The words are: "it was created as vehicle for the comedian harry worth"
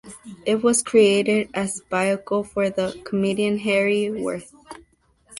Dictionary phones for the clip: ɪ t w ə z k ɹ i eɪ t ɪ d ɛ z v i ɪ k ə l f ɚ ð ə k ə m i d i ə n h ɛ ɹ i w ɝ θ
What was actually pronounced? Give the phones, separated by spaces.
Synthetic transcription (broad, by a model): ɪ t w ə z k ɹ i eɪ t ɪ d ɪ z b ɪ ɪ k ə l f ɚ ð ə k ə m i d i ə n h ɛ ɹ i w ɝ θ